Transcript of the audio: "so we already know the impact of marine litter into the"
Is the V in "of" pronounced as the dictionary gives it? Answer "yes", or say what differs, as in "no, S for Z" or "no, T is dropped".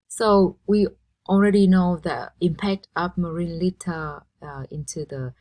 no, P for V